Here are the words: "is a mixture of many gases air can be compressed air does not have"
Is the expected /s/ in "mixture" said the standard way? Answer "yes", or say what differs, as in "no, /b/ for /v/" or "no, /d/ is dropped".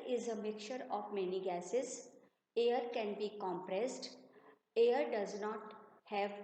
no, /s/ is dropped